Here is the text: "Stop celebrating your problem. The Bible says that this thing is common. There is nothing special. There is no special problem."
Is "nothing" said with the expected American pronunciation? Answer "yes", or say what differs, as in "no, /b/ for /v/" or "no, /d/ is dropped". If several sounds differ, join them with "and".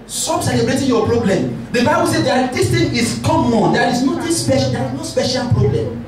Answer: no, /t/ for /θ/